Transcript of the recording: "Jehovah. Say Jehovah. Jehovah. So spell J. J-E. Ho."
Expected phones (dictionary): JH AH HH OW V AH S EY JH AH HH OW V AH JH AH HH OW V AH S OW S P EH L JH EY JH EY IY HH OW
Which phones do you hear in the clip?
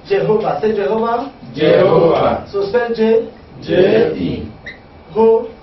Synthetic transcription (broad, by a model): JH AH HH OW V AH S EY JH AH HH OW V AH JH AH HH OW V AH S OW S EH JH EY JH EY IY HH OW